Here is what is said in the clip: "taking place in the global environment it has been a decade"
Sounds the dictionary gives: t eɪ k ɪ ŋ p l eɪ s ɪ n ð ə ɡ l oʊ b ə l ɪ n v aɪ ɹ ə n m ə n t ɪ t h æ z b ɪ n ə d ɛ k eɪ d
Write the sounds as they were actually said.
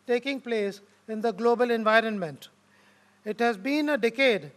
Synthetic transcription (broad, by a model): t eɪ k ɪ ŋ p l eɪ s ɪ n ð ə ɡ l oʊ b ə l ɪ n v aɪ ɹ ə n m ə n t ɪ t h æ z b ɪ n ə d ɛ k eɪ d